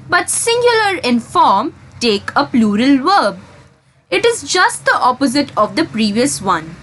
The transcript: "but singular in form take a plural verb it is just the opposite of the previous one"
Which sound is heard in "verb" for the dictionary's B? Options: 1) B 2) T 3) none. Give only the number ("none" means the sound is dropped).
1